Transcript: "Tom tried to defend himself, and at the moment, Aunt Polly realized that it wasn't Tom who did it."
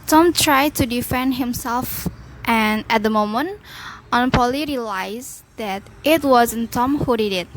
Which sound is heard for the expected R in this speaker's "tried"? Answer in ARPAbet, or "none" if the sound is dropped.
R